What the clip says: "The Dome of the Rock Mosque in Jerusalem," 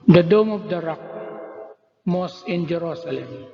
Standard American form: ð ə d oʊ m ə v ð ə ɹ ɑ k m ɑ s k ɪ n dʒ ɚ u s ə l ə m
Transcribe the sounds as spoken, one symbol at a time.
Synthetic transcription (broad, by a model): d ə d oʊ m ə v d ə ɹ ɑ k m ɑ s ɪ n dʒ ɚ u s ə l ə m